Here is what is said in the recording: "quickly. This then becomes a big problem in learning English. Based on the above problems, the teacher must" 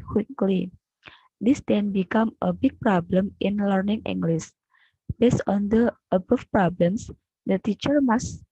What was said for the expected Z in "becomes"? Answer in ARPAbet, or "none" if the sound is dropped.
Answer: none